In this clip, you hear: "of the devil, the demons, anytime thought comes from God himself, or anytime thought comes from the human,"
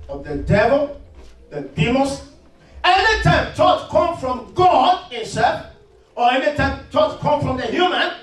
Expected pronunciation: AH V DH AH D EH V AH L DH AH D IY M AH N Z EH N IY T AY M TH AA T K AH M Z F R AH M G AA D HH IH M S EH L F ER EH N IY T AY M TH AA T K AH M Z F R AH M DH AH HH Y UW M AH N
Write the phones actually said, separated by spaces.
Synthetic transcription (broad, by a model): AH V DH AH D EH V AH L DH AH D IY M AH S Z EH N IY T AY M T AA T K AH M F R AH M G AA D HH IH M S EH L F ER EH N IY T AY M T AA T K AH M F R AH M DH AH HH Y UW M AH N